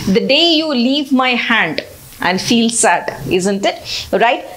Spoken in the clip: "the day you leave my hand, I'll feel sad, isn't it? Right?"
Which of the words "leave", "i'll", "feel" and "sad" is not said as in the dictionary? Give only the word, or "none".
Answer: i'll